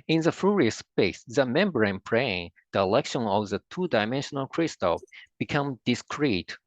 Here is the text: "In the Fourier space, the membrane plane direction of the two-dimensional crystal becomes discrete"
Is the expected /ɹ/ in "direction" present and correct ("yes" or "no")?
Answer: no